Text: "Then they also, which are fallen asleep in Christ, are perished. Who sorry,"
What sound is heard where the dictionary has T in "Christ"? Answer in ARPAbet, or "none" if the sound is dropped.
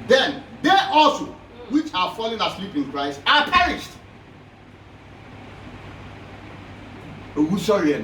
T